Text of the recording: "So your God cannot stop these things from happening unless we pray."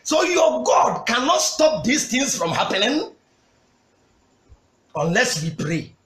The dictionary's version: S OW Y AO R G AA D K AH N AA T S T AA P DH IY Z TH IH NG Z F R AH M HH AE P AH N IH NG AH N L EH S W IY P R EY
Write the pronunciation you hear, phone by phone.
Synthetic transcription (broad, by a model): S OW Y AO G AA D K AH N AA T S T AA P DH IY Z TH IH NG S F R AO M HH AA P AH L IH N AH N L EH S W IY P R EY